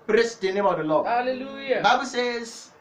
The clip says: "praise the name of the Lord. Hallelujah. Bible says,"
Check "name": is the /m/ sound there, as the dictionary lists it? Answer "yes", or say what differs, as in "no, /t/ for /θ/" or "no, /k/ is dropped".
yes